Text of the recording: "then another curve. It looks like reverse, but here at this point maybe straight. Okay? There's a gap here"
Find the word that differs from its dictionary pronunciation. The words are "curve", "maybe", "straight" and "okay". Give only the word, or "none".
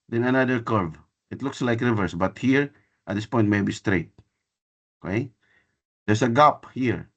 none